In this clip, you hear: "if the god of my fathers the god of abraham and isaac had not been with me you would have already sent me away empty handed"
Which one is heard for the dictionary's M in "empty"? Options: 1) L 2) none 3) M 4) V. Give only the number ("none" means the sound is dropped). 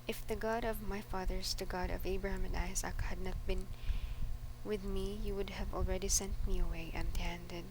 2